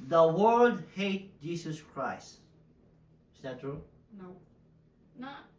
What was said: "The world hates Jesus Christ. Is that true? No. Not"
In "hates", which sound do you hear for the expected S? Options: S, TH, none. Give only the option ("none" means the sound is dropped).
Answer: none